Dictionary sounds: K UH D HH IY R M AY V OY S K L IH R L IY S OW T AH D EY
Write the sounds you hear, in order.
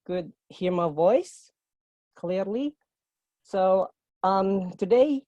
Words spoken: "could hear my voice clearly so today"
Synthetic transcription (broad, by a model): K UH D HH IY R M AY V OY S K L IH R L IY S OW T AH D EY